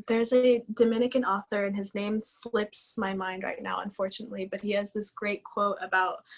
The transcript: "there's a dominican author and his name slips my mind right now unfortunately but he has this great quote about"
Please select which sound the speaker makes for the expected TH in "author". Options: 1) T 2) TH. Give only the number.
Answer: 2